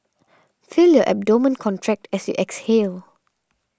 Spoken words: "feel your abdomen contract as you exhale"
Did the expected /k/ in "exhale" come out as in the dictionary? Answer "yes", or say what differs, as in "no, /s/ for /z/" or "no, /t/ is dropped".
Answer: yes